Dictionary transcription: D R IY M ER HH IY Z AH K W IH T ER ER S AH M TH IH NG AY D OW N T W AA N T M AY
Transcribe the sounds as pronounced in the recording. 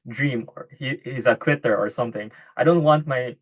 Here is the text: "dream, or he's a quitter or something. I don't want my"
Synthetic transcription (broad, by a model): D R IY M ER HH IY Z AH K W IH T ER ER S AH M TH IH NG AY D OW N T W AA N T M AY